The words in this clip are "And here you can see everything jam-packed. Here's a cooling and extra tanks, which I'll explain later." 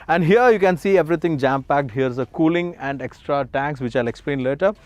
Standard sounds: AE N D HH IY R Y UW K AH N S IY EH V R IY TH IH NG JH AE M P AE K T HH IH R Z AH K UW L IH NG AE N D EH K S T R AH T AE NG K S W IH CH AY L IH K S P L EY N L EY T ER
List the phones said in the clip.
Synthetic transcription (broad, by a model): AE N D HH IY R Y UW K AH N S IY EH V R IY T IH NG JH AE M P AE K T HH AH R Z AH K UW L IH NG AE N D EH K S T R AH T AE NG K S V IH CH AY L IH K S P L EY N L EY T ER